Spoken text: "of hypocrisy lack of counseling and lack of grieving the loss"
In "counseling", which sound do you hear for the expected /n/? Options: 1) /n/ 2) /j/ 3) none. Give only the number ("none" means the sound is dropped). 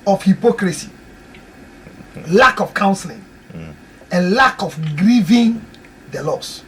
1